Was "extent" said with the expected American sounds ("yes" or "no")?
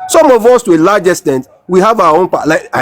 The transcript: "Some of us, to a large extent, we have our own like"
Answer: no